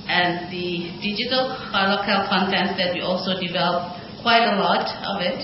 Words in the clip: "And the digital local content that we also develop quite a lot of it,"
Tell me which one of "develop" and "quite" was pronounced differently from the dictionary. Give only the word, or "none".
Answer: none